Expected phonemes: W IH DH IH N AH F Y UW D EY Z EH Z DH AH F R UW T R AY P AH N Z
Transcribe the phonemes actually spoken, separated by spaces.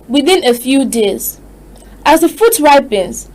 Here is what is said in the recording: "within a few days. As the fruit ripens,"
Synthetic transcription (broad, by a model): W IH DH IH N AH F Y UW D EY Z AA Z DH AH F UW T R AY P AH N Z